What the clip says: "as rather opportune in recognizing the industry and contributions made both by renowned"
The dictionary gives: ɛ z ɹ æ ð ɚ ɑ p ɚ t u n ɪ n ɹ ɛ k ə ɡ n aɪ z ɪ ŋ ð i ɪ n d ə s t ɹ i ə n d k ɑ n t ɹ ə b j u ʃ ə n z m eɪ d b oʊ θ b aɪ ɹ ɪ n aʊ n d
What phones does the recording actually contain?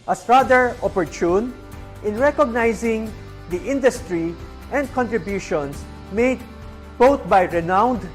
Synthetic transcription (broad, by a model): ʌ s ɹ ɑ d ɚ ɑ p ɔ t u n ɪ n ɹ ɛ k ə ɡ n aɪ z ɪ ŋ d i ɪ n d ə s t ɹ i ə n d k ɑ n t ɹ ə b j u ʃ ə n s m eɪ d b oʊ t b aɪ ɹ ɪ n aʊ n d